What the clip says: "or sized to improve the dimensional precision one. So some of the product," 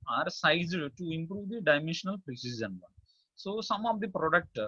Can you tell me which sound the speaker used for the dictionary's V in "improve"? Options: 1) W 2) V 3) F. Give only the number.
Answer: 2